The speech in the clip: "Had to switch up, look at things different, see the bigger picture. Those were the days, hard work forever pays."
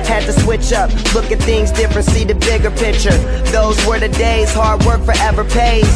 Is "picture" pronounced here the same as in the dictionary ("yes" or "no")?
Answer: yes